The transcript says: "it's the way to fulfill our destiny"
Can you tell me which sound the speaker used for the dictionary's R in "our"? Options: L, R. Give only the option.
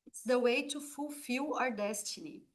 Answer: R